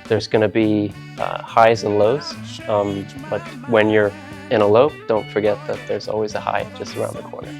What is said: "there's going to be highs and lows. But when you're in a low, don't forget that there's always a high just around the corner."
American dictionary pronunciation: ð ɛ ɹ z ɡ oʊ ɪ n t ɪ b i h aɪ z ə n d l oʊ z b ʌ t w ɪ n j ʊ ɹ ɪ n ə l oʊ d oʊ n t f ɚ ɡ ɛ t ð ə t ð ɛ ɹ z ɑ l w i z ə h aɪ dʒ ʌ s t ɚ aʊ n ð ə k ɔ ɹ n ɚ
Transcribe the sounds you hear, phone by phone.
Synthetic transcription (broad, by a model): ð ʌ ɹ z ɡ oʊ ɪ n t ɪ b i h aɪ z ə n l oʊ z b ʌ t w ɪ n j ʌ ɹ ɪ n ə l oʊ d oʊ n t f ɚ ɡ ɛ t ð ə t ð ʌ ɹ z ɑ l w i z ə h aɪ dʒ ʌ s t ɚ aʊ n ð ə k ɔ ɹ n ɚ